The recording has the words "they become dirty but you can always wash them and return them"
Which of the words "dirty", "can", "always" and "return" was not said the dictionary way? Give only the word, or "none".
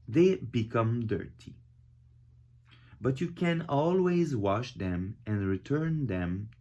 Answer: none